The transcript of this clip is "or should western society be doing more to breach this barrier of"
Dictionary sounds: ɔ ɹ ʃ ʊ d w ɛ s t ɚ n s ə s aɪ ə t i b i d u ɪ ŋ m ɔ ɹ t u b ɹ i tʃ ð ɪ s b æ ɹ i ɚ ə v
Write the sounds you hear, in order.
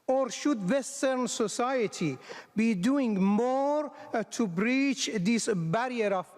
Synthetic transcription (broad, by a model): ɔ ɹ ʃ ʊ d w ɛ s t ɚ n s ə s aɪ ə t i b i d u ɪ ŋ m ɔ ɹ t u b ɹ i tʃ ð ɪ s b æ ɹ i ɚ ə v